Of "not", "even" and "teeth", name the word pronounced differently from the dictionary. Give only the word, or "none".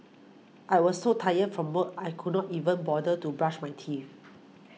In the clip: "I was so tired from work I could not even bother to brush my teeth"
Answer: teeth